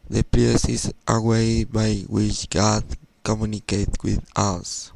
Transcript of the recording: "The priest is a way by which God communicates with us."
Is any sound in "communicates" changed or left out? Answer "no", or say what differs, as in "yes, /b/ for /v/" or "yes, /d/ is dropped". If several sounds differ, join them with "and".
yes, /s/ is dropped